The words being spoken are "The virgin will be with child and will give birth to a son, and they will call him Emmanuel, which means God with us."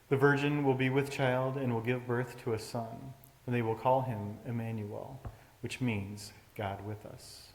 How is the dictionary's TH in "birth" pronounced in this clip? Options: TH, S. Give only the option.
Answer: TH